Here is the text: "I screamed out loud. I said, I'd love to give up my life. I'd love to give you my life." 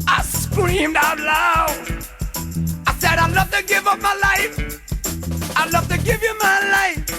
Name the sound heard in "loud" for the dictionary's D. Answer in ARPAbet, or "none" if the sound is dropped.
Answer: none